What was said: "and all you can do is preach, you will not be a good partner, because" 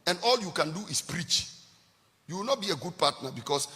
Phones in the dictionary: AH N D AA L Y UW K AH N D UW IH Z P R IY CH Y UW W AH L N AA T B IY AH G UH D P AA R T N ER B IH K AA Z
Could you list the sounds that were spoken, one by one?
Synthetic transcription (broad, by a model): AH N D AA L Y UW K AH N D UW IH S P R IY CH Y UW W AH L N AA T B IY AH G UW D P AA T N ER B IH K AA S